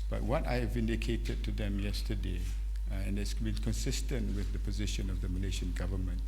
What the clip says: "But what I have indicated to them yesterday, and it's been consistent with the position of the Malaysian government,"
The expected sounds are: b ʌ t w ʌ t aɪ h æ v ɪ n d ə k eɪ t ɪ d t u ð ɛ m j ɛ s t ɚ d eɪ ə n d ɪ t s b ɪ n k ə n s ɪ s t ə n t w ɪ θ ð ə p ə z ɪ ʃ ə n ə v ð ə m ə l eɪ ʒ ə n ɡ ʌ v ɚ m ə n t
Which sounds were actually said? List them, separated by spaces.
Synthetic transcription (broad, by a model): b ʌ t w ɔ t aɪ h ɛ v ɪ n d ə k eɪ t ɪ d t u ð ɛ m j ɛ s t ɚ d eɪ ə n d ɪ t s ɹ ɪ l k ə n s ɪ s t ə n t w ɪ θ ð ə p ə z ɪ ʃ ə n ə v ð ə m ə l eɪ ʃ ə n ɡ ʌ v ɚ m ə n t